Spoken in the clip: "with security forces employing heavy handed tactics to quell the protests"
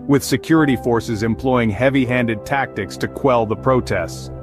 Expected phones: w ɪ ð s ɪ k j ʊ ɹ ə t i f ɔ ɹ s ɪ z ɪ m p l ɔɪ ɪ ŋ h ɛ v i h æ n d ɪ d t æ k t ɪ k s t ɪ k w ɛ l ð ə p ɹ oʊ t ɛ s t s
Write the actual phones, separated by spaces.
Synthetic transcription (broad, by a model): w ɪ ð s ɪ k j ʊ ɹ ə t i f ɔ ɹ s ɪ z ɪ m p l ɔɪ ɪ ŋ h ɛ v i h æ n d ɪ d t æ k t ɪ k s t ɪ k w ɛ l ð ə p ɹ oʊ t ɛ s t s